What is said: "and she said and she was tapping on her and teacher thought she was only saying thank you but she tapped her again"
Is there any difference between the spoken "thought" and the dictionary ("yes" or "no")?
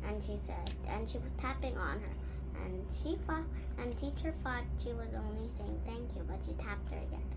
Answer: yes